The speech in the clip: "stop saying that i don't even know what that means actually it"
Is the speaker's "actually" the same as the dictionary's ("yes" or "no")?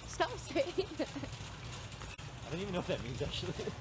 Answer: yes